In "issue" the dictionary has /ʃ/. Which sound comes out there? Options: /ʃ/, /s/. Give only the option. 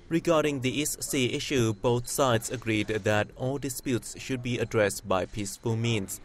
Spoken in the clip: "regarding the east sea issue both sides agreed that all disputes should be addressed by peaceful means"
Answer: /ʃ/